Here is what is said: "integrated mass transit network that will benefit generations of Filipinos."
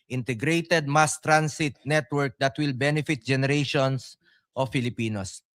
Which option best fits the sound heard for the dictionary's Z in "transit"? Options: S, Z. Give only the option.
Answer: S